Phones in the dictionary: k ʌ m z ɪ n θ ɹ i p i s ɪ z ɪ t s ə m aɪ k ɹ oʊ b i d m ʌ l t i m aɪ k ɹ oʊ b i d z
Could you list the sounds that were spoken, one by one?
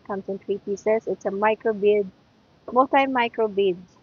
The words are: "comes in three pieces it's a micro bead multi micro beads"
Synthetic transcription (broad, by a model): k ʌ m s ɪ n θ ɹ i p i s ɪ s ɪ t s ə m aɪ k ɹ oʊ b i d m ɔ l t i m aɪ k ɹ oʊ b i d